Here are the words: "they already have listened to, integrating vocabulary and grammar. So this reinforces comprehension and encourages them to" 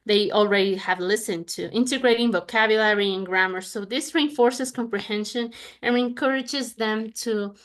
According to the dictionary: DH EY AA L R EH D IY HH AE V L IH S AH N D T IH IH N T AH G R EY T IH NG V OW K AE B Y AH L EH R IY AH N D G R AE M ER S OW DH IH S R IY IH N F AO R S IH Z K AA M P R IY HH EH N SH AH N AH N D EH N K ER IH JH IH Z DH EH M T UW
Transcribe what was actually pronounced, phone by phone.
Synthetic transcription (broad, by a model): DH EY AA L R EH D IY HH AE V L IH S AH N T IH IH N T AH G R EY T IH NG V OW K AE B Y AH L EH R IY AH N G R AE M ER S OW DH IH S R IY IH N F AO R S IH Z K AA M P R IY HH EH N SH AH N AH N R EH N K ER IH JH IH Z DH EH M T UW